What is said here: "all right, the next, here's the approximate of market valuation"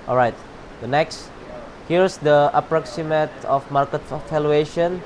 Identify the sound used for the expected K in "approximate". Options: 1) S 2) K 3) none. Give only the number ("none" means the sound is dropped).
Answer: 2